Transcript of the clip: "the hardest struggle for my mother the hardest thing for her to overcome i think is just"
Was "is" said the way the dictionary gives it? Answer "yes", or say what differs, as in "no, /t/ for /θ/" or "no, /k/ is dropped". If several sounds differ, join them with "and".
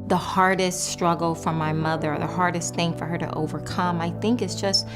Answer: no, /s/ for /z/